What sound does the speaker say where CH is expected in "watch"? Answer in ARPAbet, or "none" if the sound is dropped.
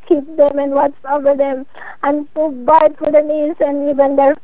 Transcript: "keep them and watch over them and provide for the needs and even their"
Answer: S